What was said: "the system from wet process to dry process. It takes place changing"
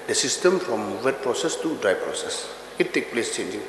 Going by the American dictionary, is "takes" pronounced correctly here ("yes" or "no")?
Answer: no